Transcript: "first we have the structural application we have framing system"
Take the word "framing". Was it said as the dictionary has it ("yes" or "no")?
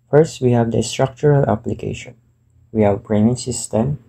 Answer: no